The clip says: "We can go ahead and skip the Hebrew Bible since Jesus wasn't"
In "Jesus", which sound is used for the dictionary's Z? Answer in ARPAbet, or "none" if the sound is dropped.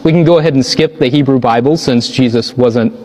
Z